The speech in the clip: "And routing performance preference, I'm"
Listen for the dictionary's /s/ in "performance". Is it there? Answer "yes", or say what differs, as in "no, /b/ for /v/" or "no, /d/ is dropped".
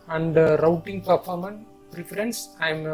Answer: no, /s/ is dropped